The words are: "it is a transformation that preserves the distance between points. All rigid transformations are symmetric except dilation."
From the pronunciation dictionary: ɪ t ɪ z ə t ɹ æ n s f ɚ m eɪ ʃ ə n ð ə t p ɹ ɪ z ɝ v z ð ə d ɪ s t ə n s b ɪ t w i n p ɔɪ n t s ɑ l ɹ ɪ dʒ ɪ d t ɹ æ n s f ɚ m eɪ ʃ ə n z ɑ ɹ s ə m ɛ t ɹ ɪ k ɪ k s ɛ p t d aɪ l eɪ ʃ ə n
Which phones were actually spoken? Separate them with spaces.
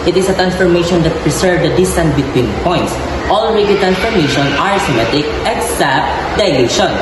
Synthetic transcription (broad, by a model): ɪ t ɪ s ə t ɹ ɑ n s f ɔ m eɪ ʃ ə n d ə t p ɹ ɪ s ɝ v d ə d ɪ s t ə n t b ɪ t w i n p ɔɪ n t s ɑ l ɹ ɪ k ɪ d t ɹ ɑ n s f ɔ m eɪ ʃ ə n ɑ ɹ s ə m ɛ t ɪ k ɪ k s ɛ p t d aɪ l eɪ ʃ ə n